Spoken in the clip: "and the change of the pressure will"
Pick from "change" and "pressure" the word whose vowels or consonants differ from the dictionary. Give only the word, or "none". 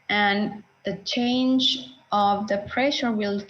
none